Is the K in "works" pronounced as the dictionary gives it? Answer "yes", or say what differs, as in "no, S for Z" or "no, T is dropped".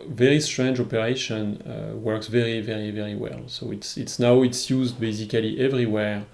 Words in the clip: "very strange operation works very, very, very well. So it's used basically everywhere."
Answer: yes